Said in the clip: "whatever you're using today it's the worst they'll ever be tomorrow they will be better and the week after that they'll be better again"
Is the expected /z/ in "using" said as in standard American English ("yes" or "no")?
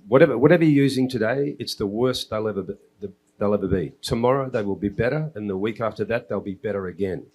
yes